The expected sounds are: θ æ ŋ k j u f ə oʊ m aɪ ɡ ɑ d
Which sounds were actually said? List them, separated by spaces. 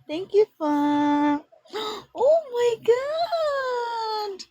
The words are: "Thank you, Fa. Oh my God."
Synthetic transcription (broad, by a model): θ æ ŋ k j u f ə oʊ m aɪ ɡ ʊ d